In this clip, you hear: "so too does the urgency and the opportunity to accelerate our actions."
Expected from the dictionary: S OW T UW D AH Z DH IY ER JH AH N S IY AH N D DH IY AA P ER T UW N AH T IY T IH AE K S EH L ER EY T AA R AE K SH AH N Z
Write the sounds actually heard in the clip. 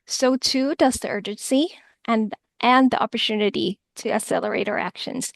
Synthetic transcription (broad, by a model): S OW T UW D AH Z DH IY ER JH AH N S IY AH N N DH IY AA P ER T UW N AH T IY T IH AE S EH L ER EY T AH R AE K SH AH N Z